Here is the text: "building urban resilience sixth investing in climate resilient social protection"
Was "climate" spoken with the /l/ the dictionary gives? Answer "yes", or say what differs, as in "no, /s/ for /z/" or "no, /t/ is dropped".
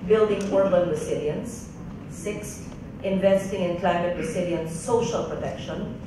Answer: yes